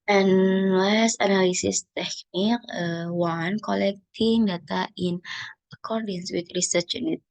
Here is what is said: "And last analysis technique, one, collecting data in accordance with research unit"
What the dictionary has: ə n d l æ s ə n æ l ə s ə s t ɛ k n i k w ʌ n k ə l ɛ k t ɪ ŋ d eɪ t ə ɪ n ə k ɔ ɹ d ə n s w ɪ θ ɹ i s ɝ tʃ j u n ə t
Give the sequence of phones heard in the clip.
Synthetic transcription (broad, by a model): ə n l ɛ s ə n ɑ l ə s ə s t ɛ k n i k w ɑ n k ə l ɛ k t ɪ ŋ d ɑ t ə ɪ n ə k ɔ ɹ d ə n s w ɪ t ɹ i s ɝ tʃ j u n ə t